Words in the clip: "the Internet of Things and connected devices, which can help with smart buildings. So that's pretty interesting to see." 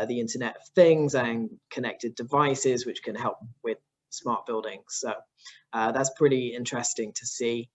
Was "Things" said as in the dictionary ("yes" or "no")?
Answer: yes